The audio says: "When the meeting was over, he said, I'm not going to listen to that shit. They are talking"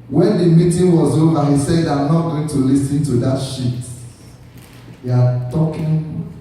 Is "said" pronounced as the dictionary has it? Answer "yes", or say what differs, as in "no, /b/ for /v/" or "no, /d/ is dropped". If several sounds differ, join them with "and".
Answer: yes